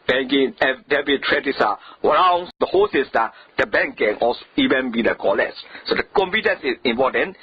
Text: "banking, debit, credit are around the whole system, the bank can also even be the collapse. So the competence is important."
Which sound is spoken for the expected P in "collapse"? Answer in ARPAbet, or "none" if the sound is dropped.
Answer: none